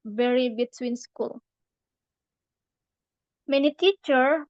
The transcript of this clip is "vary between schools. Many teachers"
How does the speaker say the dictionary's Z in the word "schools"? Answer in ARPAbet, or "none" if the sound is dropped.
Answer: none